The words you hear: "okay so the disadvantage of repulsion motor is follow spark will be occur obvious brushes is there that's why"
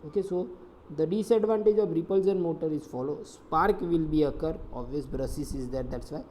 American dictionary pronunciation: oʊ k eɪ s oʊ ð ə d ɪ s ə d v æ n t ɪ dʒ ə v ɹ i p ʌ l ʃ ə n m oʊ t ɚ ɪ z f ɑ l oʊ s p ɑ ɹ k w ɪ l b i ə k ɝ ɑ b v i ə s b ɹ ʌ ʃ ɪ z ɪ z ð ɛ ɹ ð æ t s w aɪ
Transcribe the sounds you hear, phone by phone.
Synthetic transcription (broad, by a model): oʊ k eɪ s oʊ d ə d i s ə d v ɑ n t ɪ dʒ ə v ɹ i p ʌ l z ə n m oʊ t ɚ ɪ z f ɑ l oʊ s p ɑ ɹ k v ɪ l b i ə k ɝ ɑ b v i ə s b ɹ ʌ s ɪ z ɪ z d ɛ ɹ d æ t s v aɪ